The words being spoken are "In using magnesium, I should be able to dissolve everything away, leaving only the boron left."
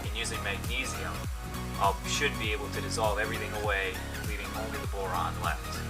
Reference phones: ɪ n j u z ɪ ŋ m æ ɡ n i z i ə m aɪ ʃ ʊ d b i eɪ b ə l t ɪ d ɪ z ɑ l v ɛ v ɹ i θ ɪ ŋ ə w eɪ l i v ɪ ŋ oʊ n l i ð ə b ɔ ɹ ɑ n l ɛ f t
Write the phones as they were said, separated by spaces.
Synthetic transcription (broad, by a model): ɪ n j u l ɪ m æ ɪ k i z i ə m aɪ ʃ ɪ d b i eɪ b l t ɪ d ɪ z ɑ l v ɛ v ɹ i θ ɪ ŋ ə w eɪ l i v ɪ ŋ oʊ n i ð ə b ɔ ɹ ɑ n l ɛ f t